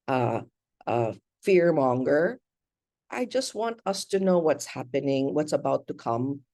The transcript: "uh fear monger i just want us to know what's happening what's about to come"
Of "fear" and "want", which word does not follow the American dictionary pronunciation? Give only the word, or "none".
none